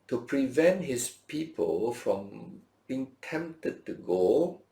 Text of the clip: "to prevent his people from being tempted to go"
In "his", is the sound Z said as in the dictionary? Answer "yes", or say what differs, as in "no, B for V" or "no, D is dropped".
no, S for Z